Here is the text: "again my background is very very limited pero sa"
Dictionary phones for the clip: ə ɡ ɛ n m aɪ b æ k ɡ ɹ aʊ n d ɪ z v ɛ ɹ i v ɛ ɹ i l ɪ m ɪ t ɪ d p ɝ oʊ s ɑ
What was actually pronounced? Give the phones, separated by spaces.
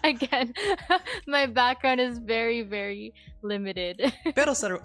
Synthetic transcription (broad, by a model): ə ɡ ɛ n m aɪ b æ k ɡ ɹ aʊ n d ɪ z v ɛ ɹ i v ɛ ɹ i l ɪ m ɪ t ɪ d b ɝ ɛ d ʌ